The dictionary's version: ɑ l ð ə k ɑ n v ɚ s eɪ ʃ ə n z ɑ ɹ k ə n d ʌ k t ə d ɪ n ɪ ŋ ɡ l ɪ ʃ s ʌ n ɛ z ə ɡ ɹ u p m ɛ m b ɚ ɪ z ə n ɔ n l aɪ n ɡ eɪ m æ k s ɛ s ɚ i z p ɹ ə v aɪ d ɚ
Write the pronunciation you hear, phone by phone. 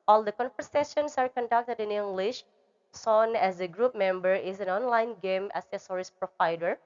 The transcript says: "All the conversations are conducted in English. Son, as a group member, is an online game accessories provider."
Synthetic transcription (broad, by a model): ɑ l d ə k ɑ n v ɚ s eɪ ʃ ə n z ɑ ɹ k ə n d ʌ k t ə d ɪ n ɪ ŋ ɡ l ɪ ʃ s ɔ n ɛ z ə ɡ ɹ u p m ɛ m b ɚ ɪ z ə n ɔ n l aɪ n ɡ eɪ m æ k s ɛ s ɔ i s p ɹ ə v aɪ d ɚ